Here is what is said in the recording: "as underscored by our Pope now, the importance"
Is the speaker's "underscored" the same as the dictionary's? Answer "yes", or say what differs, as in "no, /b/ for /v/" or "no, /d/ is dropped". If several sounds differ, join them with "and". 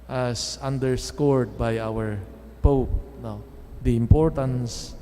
yes